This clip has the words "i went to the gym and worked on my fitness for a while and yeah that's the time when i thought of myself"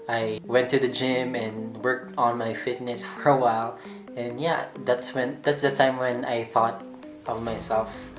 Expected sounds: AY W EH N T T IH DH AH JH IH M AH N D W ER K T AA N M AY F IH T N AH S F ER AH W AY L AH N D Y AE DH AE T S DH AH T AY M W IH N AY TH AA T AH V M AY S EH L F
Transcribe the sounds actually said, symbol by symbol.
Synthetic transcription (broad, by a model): AY W EH N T T IH DH AH JH IH M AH N W ER K T N M AY F IH T N AH S F ER AH W AY L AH N Y AE DH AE T S DH AH T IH M W IH N AY TH AA T AH V M AY S EH L F